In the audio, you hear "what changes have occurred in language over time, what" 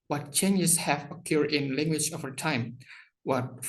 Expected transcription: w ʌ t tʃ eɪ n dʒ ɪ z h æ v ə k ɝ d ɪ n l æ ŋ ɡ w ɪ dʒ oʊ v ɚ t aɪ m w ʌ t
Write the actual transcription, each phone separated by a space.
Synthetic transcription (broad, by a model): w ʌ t tʃ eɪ n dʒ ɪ s h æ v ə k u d ɪ n l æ ŋ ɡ w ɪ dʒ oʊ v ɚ t aɪ m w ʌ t